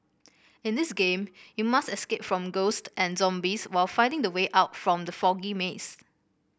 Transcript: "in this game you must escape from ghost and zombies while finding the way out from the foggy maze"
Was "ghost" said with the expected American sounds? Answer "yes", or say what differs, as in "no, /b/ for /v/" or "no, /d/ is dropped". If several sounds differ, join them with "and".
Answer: yes